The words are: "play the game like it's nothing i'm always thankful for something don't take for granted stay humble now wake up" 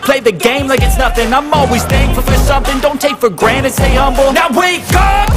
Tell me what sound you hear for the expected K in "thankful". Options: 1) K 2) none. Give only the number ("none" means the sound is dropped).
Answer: 2